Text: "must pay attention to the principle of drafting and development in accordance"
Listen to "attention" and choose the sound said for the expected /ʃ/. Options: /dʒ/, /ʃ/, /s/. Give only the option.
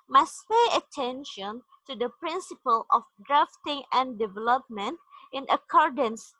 /ʃ/